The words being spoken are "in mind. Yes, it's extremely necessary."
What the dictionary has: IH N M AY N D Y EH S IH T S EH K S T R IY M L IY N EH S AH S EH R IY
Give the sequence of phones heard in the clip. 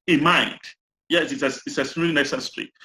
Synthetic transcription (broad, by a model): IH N M AY N D Y EH S IH T S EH S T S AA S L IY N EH S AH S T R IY